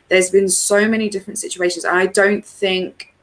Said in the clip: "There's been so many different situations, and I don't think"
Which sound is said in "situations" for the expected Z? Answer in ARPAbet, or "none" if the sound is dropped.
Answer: Z